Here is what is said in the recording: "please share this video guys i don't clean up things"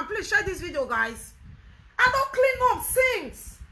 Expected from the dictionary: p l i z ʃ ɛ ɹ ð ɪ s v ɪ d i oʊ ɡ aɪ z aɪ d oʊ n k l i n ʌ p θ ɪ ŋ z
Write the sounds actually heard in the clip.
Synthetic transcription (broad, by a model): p l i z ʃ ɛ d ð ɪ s v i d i oʊ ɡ aɪ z aɪ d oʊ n k l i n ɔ f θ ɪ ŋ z